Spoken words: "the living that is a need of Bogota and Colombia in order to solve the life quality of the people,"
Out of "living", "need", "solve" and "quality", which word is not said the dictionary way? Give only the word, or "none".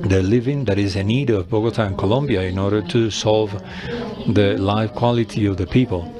none